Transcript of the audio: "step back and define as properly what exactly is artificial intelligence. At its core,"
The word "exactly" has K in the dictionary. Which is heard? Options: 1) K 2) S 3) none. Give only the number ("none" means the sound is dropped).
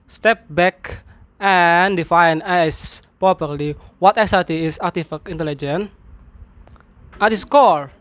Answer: 3